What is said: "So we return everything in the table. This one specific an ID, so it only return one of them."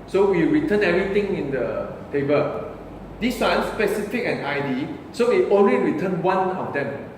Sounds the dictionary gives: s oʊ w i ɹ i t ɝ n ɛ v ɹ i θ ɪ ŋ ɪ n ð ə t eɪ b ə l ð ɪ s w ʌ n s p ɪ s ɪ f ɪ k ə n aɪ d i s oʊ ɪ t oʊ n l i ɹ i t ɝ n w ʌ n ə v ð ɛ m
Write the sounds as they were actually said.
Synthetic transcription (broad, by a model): s oʊ w i ɹ i t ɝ n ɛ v ɹ i t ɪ ŋ ɪ n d ə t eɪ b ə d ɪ s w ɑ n s p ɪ s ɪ f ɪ k ə n aɪ d i s oʊ ɪ t oʊ n l i ɹ i t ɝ n w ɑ n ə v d ɛ m